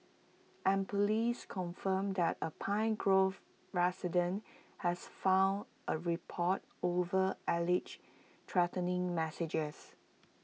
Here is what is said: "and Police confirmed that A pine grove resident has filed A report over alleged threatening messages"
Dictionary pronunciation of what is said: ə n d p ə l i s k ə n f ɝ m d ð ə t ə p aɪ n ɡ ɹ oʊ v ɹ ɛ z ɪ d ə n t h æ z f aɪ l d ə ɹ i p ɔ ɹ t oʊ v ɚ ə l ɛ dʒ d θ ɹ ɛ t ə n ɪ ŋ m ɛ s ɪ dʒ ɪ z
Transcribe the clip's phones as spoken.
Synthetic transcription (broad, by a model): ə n p ə l i s k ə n f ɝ m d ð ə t ə p aɪ n ɡ ɹ oʊ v ɹ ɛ s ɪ d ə n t h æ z f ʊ n d ə ɹ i p ɔ t oʊ v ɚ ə l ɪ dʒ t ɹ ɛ t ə n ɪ ŋ m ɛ s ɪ dʒ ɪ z